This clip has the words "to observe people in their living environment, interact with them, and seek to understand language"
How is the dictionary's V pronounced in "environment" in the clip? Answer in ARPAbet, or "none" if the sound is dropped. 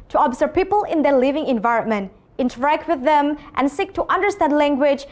V